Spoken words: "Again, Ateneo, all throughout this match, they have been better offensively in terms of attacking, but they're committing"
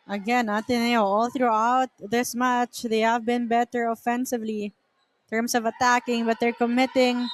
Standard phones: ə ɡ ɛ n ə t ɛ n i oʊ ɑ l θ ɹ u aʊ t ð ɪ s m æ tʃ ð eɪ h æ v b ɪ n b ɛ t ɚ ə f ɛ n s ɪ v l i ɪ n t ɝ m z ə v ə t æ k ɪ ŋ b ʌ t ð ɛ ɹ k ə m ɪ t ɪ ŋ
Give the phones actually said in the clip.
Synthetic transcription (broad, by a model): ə ɡ ɛ n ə t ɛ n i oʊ ɑ l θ ɹ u aʊ t ð ɪ s m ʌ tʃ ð eɪ h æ v b ɪ n b ɛ t ɚ ə f ɛ n s ɪ v l i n t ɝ m s ə v ə t æ k ɪ ŋ b ʌ t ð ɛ ɹ k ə m ɪ t ɪ ŋ